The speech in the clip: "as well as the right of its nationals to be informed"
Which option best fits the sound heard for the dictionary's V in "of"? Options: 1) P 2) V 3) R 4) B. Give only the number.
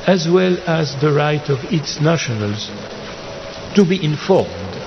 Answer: 2